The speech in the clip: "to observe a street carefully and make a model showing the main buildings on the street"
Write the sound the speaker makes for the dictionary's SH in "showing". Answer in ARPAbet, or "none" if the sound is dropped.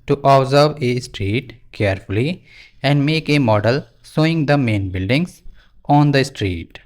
S